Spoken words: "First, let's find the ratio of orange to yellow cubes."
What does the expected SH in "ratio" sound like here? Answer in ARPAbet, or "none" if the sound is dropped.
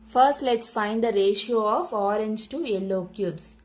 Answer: SH